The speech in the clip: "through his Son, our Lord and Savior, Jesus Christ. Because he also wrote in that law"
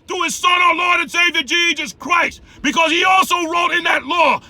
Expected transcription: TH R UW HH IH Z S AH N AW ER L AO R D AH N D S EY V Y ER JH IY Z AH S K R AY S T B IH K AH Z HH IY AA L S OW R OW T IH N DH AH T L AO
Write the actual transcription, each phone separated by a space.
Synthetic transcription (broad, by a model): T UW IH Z S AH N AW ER L AO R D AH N S EY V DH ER JH IY Z AH S K R AY S T B IH K AH Z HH IY AA L S OW R OW T IH N DH AH T L AO